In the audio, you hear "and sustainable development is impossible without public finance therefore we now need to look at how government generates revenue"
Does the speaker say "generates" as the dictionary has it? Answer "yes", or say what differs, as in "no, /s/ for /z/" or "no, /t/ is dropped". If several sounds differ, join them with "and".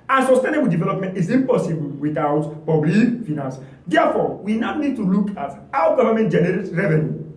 no, /s/ is dropped